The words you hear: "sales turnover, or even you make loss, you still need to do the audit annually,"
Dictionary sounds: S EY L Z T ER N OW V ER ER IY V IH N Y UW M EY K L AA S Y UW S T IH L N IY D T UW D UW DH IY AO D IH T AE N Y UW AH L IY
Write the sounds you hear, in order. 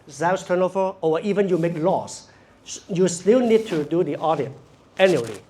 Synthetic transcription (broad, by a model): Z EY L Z T ER N OW V ER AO IY V IH N Y UW M EY K L AA S Y UW S T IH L N IY D T UW D UW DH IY AO D IH T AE N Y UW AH L IY